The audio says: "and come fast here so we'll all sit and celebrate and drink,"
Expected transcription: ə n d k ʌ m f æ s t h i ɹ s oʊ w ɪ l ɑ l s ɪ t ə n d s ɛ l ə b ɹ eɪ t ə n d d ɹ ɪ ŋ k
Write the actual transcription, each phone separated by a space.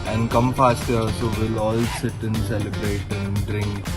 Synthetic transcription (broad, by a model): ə n d k ʌ m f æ s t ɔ l s oʊ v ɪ l ɑ l s ɪ t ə n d s ɛ l ə b ɹ eɪ t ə n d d ɹ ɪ ŋ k